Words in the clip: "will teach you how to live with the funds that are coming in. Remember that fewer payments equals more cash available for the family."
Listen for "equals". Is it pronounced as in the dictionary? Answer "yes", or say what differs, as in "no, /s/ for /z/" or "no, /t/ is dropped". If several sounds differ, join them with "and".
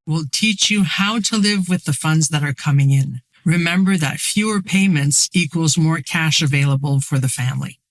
yes